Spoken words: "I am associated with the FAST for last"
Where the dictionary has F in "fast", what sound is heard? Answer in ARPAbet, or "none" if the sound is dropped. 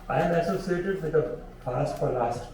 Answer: P